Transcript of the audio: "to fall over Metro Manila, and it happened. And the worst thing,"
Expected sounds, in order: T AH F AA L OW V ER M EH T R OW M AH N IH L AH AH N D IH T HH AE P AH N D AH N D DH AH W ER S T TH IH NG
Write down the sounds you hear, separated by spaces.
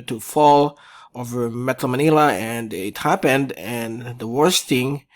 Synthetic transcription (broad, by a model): T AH F AA L OW V ER M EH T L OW M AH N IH L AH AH N IH T HH AE P AH N D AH N DH AH W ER S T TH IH NG